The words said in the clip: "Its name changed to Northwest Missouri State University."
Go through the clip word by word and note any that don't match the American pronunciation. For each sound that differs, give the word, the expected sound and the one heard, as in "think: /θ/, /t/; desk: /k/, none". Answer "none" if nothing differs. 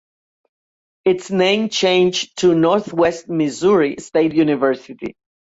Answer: none